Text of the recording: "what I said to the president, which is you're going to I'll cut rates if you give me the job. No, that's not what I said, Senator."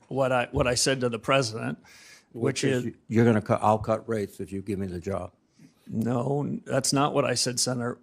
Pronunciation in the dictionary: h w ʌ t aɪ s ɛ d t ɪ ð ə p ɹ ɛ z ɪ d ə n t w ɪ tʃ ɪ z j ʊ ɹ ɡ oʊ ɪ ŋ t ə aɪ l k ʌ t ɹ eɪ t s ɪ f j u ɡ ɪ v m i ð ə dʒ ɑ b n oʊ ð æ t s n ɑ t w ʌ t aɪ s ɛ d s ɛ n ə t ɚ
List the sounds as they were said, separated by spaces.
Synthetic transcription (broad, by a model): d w ʌ t aɪ s ɛ d t ɪ ð ə p ɹ ɛ z ɪ d ə n t w ɪ tʃ ɪ z j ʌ ɹ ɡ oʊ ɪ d t ə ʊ k ʌ t ɹ eɪ t s ɪ f j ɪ ɡ ɪ v m i ð ə dʒ ɑ b n oʊ ð æ t s n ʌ t w ʌ t aɪ s ɛ d s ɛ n ə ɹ